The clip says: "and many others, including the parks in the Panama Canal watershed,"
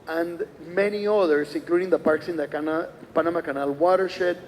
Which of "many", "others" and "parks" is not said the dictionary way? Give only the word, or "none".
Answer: others